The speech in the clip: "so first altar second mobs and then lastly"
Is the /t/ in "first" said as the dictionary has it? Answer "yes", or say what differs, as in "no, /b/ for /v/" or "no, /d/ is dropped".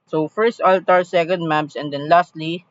yes